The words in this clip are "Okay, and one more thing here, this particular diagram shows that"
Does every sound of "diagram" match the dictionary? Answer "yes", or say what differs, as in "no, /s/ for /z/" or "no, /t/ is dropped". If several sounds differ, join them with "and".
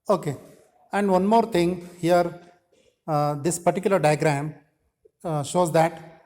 yes